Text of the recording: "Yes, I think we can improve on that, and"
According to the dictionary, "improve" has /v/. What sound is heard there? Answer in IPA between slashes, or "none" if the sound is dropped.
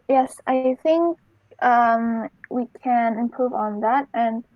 /v/